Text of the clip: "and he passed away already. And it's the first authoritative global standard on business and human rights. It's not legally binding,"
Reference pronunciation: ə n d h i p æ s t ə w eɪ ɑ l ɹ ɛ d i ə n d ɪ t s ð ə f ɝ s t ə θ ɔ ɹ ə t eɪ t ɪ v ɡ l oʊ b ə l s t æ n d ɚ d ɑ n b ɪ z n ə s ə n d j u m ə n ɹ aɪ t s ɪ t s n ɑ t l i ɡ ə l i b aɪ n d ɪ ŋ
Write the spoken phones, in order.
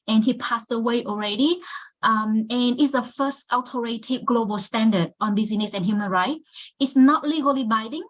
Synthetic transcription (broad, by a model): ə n h i p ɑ s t ə w eɪ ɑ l ɹ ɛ d i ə n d ɪ t s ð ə f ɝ s t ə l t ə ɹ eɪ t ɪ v ɡ l oʊ b ə l s t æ n d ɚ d ɑ n b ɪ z n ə s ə n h j u m ə n ɹ aɪ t ɪ t s n ɑ t l i ɡ ə l i b aɪ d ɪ ŋ